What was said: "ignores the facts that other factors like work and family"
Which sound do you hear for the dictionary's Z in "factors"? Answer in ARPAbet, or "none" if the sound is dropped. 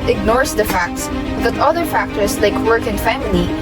S